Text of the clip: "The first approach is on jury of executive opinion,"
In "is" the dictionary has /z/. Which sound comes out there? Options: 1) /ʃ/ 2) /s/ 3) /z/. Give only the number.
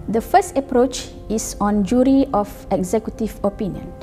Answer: 2